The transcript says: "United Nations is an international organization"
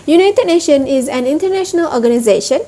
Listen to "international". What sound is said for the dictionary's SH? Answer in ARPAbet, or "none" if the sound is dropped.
SH